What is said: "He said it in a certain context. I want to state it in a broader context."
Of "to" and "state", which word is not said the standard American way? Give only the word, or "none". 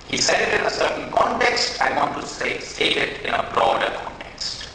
to